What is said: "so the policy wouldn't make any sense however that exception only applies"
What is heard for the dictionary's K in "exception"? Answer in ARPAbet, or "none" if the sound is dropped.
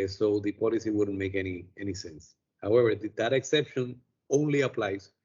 K